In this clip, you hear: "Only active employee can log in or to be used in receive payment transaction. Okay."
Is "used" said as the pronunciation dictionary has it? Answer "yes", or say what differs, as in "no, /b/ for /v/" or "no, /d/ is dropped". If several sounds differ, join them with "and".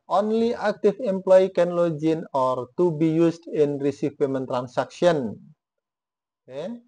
no, /s/ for /z/